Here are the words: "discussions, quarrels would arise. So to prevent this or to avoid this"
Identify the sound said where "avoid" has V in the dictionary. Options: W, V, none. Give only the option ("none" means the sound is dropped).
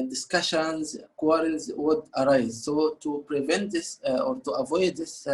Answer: V